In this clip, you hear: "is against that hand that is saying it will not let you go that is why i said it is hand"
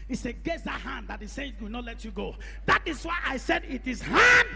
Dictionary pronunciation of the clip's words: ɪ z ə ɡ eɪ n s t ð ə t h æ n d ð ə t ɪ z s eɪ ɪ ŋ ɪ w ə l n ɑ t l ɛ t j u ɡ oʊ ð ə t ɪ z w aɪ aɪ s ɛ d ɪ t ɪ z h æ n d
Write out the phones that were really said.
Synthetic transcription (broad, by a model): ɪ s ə ɡ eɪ s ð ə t h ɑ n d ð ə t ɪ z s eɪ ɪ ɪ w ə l n ɑ t l ɛ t j u ɡ oʊ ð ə t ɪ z w aɪ aɪ s ɛ d ɪ t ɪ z h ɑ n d